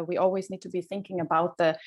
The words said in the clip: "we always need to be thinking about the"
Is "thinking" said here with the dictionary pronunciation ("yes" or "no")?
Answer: yes